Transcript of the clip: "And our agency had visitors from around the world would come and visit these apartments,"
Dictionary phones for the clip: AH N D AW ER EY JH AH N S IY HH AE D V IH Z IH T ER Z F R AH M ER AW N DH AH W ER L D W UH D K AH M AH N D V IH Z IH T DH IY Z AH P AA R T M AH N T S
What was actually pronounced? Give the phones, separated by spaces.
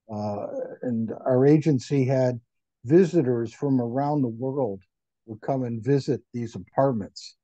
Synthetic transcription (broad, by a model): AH N AW ER EY JH AH N S IY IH D V IH Z IH T ER Z F R AH M ER AW N DH AH W ER L D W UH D K AH M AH N V IH Z IH T DH IY Z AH P AA R T M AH N T S